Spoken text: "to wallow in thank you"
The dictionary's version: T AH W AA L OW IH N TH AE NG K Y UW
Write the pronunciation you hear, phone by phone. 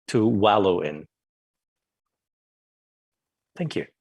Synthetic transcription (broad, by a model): T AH W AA L OW IH N TH AE NG K Y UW